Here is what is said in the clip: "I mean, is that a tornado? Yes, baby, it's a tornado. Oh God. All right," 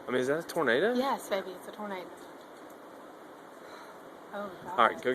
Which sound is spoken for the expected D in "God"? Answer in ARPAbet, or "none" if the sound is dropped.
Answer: none